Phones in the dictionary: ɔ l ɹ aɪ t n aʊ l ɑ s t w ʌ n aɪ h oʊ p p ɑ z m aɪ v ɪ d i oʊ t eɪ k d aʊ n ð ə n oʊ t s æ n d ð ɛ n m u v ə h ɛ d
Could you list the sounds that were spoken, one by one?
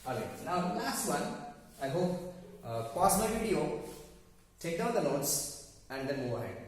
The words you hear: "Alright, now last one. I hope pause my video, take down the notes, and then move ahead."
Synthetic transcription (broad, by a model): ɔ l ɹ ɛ n aʊ l ɑ s t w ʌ n aɪ h oʊ p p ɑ s m aɪ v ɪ d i oʊ t eɪ k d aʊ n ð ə l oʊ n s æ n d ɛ n m u v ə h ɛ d